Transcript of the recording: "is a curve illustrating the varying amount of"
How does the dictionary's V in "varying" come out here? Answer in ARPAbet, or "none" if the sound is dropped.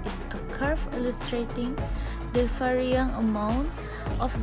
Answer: F